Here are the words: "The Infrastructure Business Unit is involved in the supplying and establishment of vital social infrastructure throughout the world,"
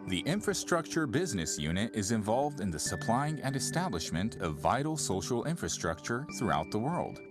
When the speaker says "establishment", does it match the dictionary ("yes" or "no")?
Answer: yes